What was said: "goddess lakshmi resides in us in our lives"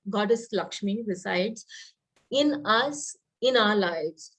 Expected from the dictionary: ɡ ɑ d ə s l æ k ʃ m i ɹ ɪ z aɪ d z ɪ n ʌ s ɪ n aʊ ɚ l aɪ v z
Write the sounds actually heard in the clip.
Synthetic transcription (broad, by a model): ɡ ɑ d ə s l æ k ʃ m i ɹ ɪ s aɪ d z ɪ n ʌ s ɪ n aʊ ɚ l aɪ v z